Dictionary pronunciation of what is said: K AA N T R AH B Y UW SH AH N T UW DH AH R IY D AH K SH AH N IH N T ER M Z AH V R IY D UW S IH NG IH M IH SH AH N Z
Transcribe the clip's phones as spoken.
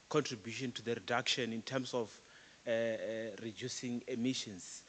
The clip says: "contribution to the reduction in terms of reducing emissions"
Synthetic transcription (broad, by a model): K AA N T R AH B Y UW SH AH N T UW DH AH R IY D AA K SH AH N IH N T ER M S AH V R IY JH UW S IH NG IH M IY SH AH N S